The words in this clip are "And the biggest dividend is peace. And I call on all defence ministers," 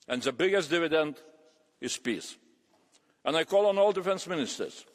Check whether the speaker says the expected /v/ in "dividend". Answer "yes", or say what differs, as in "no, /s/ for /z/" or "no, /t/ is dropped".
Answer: yes